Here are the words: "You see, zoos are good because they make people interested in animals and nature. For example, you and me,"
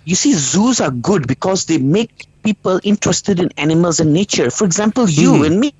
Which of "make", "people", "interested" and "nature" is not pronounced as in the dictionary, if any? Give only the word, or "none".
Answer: none